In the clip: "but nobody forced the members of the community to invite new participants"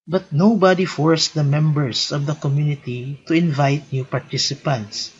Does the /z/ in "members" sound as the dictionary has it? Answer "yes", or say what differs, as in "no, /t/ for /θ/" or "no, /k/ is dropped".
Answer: no, /s/ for /z/